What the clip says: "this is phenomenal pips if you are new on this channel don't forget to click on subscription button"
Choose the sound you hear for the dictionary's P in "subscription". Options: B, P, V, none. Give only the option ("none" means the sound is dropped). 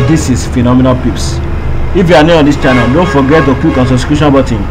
none